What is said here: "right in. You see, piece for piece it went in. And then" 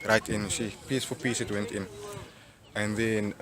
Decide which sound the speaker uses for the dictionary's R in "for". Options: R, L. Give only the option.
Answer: L